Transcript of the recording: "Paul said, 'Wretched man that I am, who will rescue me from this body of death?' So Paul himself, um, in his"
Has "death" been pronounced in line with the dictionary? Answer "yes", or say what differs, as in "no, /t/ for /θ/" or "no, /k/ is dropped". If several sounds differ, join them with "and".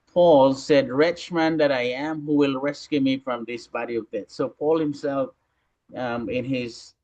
no, /t/ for /θ/